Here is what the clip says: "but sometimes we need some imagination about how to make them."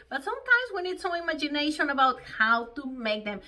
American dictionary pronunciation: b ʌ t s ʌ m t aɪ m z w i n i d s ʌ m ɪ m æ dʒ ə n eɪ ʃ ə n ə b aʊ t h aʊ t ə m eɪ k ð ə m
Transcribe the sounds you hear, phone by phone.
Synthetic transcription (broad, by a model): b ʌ t s ʌ m t aɪ m z w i n i d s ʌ ɪ m æ dʒ ə n eɪ ʃ ə n ə b aʊ t h aʊ t ə m eɪ k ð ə m